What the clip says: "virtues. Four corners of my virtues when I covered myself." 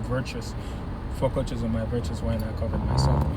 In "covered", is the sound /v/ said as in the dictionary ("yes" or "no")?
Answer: yes